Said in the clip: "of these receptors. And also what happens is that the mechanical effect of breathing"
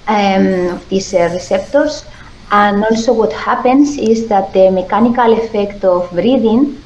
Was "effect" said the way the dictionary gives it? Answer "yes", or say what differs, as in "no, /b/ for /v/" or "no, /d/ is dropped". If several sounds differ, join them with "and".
yes